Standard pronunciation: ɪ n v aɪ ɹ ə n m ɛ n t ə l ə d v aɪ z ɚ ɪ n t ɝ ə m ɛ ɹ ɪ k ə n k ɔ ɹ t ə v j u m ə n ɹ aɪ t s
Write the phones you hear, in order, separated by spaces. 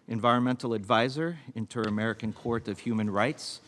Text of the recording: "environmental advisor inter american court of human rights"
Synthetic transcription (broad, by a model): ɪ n v aɪ ɹ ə n m ɛ n t l ə d v aɪ z ɚ ɪ n t ɝ ə m ɛ ɹ ɪ k ə n k ɔ ɹ t ə v j u m ə n ɹ aɪ t s